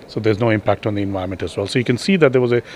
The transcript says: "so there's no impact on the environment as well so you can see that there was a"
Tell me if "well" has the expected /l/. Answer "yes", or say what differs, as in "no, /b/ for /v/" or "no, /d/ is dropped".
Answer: yes